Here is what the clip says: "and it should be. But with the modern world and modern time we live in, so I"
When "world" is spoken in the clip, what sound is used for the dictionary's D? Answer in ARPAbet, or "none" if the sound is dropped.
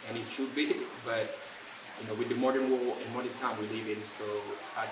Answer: none